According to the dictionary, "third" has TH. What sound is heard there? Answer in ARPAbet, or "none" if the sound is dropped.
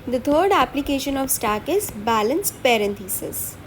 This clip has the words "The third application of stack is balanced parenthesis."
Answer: T